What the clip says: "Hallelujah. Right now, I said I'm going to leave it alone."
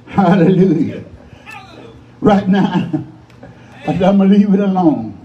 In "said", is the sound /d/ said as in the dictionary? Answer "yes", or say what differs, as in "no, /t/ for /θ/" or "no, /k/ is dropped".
no, /d/ is dropped